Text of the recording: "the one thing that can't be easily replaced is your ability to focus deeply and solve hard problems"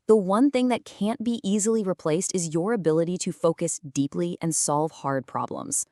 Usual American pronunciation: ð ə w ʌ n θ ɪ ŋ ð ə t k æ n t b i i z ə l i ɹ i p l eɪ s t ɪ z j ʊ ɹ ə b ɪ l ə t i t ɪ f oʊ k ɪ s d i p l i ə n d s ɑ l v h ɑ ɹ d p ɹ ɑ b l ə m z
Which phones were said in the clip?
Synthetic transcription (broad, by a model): ð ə w ʌ n θ ɪ ŋ ð ə t k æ n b i i z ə l i ɹ i p l eɪ s t ɪ z j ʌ ɹ ə b ɪ l ə t i t ɪ f oʊ k ɪ s d i p l i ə n s ɑ l v h ɑ ɹ d p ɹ ɑ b l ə m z